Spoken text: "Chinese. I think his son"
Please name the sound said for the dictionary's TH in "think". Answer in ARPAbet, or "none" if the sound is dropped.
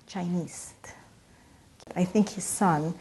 TH